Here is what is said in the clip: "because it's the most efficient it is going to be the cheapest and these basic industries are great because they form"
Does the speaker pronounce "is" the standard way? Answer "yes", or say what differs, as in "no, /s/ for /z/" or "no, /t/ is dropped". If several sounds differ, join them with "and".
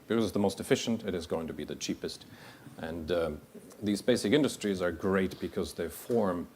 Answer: yes